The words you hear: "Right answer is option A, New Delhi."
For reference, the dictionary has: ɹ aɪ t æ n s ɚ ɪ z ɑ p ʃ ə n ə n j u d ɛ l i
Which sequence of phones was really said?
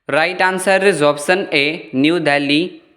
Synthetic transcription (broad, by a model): ɹ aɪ t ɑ n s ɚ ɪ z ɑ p s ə n ə n j u d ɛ l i